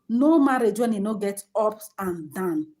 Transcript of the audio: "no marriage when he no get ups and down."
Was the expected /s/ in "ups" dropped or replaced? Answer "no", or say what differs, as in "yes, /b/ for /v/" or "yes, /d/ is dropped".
yes, /s/ is dropped